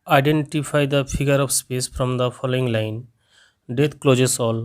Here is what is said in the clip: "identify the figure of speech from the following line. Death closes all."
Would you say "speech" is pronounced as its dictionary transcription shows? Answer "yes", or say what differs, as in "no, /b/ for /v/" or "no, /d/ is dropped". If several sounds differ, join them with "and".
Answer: no, /s/ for /tʃ/